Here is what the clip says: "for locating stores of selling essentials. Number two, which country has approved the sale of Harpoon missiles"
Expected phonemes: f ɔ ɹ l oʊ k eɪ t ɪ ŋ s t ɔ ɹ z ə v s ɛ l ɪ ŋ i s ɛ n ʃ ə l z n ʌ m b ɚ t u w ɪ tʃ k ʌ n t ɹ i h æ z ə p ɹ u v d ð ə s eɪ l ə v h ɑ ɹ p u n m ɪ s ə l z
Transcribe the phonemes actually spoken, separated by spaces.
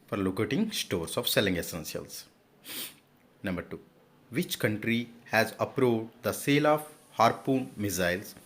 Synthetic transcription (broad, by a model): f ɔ ɹ l oʊ k eɪ t ɪ ŋ s t ɔ ɹ s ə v s ɛ l ɪ ŋ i s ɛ n s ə l s n ʌ m b ɚ t u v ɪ tʃ k ʌ n t ɹ i h æ z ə p ɹ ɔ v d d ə s eɪ l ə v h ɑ ɹ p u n m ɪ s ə l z